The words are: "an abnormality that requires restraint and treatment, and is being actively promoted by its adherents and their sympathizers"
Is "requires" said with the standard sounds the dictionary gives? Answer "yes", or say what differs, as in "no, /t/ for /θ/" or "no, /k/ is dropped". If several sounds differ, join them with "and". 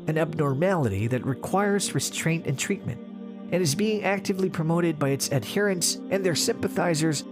yes